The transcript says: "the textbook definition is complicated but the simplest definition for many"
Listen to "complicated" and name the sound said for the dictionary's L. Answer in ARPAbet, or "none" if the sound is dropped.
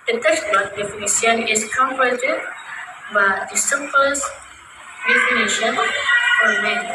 none